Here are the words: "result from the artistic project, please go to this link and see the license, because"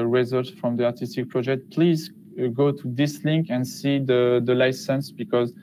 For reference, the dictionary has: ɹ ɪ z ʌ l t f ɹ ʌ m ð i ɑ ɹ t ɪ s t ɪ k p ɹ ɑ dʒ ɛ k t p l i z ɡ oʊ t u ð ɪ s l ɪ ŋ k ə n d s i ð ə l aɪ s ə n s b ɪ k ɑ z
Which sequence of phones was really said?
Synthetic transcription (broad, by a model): ɹ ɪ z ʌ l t f ɹ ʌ m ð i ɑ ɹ t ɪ s t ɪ k p ɹ ɑ dʒ ɛ k t p l i z ɡ oʊ t u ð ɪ s l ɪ ŋ k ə n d s i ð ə l aɪ s ə n s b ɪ k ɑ z